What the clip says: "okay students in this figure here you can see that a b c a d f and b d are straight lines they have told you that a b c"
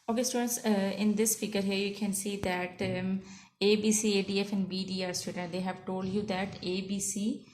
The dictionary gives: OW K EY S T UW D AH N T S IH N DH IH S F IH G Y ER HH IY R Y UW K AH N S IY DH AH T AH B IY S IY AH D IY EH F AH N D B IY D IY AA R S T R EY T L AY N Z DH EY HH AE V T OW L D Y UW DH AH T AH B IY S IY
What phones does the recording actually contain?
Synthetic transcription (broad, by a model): OW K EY S T UW D AH N T S IH N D IH S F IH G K ER HH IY R Y UW K AH N S IY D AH T AH B IY S IY AH D IY EH F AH N B IY D IY AA R S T EY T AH N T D EY HH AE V T OW L D Y UW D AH T AH B IY S IY